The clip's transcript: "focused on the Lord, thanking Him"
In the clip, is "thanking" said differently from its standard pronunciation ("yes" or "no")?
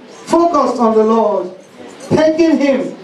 yes